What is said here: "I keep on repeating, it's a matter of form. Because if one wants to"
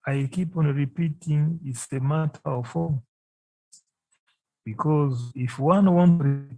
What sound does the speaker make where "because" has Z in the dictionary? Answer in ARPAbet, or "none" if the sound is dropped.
Z